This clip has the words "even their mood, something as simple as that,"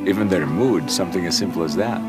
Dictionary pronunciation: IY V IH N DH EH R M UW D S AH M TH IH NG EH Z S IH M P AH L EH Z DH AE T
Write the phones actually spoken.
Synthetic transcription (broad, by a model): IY V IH N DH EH R M UW D S AH M TH IH NG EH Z S IH M P L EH Z DH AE T